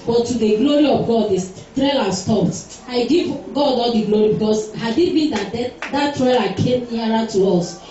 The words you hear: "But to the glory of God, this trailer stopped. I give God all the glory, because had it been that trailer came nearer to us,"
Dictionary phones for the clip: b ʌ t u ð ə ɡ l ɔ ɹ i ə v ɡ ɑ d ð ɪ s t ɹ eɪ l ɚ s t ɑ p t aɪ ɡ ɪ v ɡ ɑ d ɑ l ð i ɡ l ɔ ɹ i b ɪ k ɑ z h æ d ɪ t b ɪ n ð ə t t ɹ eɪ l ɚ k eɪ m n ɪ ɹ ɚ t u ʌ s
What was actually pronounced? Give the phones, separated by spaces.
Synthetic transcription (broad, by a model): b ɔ t u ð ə ɡ l ɔ ɹ i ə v ɡ ɑ d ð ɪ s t ɹ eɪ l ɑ s t ɑ p t aɪ ɡ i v ɡ ɑ d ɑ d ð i ɡ l ɔ ɹ i b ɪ k ɑ s h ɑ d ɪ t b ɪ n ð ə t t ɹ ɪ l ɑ k eɪ m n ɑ ɹ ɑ t u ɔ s